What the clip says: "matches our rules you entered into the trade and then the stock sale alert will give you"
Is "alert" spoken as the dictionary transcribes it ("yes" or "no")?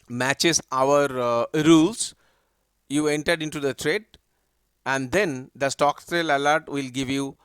yes